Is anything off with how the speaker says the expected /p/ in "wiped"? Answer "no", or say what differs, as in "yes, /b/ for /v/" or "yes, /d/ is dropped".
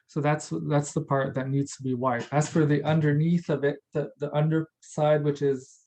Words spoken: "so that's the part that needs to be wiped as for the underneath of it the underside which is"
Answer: yes, /p/ is dropped